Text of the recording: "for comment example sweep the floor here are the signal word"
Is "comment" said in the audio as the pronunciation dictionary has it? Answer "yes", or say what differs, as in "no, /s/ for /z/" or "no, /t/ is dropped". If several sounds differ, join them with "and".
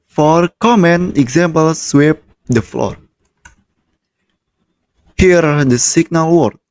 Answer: no, /t/ is dropped